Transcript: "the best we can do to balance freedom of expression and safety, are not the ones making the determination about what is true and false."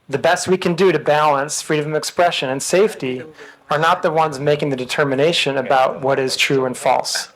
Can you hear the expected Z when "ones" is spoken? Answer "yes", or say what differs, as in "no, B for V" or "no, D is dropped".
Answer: yes